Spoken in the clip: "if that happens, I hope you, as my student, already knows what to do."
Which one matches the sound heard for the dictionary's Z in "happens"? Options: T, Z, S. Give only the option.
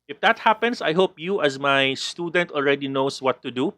S